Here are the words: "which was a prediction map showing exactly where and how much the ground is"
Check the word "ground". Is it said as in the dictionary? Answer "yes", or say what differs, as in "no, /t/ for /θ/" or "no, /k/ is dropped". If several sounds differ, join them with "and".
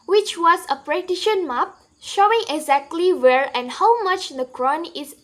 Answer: no, /d/ is dropped